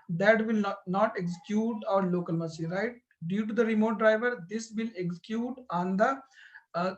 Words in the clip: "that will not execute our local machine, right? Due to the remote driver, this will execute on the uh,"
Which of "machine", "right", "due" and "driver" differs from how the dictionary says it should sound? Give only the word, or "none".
machine